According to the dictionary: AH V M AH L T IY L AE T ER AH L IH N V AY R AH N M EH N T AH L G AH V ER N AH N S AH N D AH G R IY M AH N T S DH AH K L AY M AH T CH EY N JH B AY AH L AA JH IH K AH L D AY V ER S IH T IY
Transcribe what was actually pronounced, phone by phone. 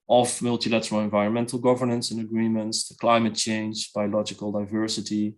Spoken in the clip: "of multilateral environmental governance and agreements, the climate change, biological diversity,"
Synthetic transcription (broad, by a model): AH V M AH L T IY L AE T ER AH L IH N V AY R AH N M EH N T AH L G AH V ER N AH N S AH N AH G R IY M AH N T S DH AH K L AY M AH T CH EY N JH B AY AH L AA JH IH K AH L D AY V ER S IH T IY